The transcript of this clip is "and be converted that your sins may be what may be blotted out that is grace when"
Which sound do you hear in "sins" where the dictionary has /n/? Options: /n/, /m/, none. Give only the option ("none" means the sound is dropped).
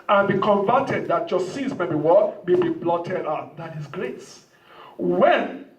none